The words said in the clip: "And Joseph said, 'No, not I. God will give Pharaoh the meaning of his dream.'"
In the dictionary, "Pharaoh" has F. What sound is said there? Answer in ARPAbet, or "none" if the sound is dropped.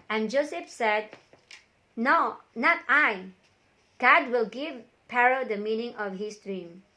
P